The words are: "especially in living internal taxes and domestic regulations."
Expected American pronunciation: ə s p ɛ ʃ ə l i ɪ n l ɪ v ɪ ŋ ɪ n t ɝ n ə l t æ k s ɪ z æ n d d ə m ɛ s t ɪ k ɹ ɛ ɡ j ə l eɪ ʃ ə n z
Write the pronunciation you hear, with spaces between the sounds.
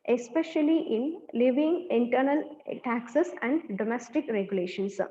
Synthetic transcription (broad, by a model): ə s p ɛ ʃ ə l i ɪ n l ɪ v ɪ ŋ ɪ n t ɝ n ə l t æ k s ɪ s æ n d d ə m ɛ s t ɪ k ɹ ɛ ɡ j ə l eɪ ʃ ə n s